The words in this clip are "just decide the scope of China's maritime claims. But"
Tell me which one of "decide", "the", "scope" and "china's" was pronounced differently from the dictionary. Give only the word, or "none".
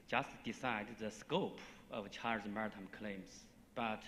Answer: china's